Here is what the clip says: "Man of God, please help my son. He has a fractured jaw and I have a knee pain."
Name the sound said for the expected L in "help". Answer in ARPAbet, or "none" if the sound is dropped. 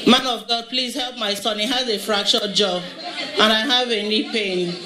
L